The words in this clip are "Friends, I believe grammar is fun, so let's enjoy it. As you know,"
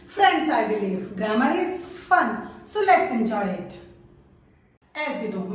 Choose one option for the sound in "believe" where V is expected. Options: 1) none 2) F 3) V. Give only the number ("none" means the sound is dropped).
2